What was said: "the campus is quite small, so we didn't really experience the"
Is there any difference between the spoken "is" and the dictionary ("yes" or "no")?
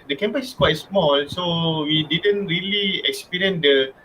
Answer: yes